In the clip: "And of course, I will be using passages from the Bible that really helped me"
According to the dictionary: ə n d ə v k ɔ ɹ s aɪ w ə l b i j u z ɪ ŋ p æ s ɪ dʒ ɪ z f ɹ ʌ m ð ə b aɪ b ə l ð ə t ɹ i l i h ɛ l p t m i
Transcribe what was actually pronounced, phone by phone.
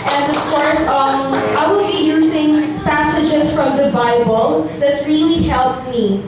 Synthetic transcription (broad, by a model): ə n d ə v k ɔ ɹ s aɪ w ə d b i j u z ɪ ŋ p æ s ɪ dʒ ɪ z f ɹ ʌ m ð ə b aɪ b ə l ð ə t ɹ i l i h ɛ l p m i